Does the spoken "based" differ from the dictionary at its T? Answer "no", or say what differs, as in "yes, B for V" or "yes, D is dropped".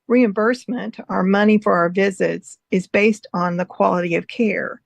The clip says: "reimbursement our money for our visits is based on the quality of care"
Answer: no